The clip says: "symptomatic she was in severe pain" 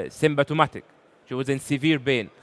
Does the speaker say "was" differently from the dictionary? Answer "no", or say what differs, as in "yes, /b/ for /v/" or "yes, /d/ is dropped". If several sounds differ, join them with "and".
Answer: no